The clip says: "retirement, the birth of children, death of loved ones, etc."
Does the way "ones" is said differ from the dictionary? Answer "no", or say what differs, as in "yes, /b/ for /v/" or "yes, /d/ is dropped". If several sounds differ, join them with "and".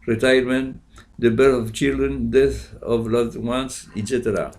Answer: yes, /s/ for /z/